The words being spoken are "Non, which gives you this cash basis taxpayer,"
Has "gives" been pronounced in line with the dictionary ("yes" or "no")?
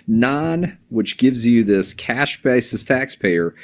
yes